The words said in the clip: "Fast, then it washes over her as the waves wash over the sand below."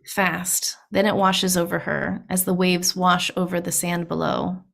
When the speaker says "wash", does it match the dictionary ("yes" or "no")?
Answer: yes